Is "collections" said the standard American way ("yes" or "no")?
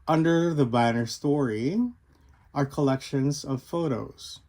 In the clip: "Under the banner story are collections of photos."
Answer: yes